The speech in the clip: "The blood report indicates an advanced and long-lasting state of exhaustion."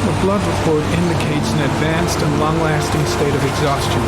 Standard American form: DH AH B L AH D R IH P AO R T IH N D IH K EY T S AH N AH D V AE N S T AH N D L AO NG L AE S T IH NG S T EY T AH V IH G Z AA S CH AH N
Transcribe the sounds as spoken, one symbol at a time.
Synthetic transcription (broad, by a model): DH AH B L AH D R IH P AO R T IH N D IH K EY T S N AH D V AE N S T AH N L AO NG L AE S T IH NG S T EY T AH V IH G Z AA S CH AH N